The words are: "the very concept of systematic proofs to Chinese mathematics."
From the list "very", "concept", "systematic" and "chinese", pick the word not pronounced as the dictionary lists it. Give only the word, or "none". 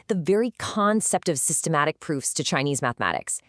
none